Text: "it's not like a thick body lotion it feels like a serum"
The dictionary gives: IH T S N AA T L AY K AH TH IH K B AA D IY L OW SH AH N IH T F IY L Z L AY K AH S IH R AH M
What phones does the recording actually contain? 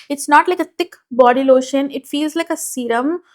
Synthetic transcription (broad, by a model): IH T S N AA T L AY K AH T IH K B AA D IY L OW SH AH N IH T F IY L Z L AY K AH S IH R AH M